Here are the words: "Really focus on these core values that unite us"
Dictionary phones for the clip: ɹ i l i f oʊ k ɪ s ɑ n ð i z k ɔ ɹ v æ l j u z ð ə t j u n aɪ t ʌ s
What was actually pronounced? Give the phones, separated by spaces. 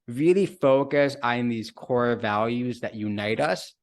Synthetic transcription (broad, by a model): ɹ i l i f oʊ k ɪ s n ð i z k ɔ ɹ v æ l j u z ð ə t j u n aɪ t ʌ s